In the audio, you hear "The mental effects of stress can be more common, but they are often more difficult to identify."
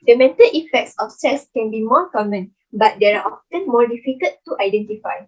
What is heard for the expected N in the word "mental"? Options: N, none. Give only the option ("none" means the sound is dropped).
N